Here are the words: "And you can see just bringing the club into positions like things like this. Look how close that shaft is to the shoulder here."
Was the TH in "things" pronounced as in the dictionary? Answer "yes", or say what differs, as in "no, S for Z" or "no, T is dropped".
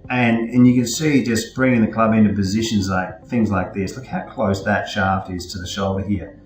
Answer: yes